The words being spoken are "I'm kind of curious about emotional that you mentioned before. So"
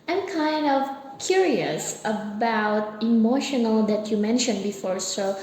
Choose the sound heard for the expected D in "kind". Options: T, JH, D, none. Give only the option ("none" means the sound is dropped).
D